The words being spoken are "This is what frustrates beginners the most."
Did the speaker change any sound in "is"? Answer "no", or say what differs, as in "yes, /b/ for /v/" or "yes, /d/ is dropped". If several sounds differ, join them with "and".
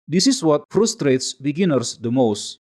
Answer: yes, /s/ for /z/